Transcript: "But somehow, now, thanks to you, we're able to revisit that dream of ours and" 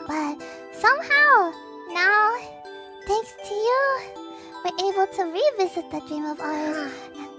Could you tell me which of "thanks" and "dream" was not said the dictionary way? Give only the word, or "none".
none